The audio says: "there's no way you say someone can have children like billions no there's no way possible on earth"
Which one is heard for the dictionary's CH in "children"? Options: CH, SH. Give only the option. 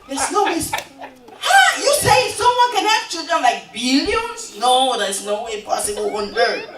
CH